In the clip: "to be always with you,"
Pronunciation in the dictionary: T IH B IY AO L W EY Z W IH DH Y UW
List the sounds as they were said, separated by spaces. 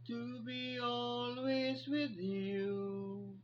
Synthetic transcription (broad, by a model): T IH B IY AO L W EY Z W IH DH Y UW